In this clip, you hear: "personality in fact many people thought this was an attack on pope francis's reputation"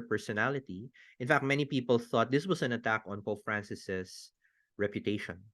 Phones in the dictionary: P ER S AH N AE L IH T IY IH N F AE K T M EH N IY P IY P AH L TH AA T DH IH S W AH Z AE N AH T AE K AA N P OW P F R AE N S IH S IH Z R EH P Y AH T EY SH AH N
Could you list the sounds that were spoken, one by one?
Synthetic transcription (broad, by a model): P ER S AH N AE L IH T IY IH N F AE K T M EH N IY P IY P AH L TH AA T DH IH S W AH S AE N AH T AE K AA N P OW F R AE N S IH S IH S R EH P Y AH T EY SH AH N